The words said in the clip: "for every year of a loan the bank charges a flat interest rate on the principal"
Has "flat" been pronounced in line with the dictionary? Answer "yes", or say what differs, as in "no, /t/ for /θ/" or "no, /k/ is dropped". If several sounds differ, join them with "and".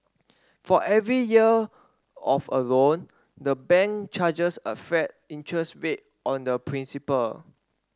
no, /l/ is dropped